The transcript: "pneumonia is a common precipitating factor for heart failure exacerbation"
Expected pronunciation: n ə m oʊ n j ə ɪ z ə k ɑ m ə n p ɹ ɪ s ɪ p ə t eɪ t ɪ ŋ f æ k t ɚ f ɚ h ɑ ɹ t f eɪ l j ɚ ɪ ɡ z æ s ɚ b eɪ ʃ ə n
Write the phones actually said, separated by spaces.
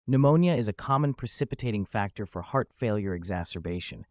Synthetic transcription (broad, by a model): n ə m oʊ n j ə ɪ z ə k ɑ m ə n p ɹ ɪ s ɪ p ə t eɪ t ɪ ŋ f æ k t ɚ f ɚ h ɑ ɹ t f eɪ l j ɚ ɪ ɡ z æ s ɚ b eɪ ʃ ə n